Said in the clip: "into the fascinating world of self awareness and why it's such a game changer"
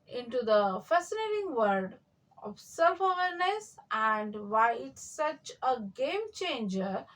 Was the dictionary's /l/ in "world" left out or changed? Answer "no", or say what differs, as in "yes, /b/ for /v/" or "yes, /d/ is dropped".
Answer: yes, /l/ is dropped